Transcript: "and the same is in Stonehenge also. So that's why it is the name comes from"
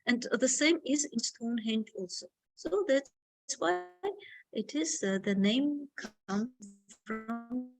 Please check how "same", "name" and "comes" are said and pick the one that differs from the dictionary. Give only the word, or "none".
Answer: comes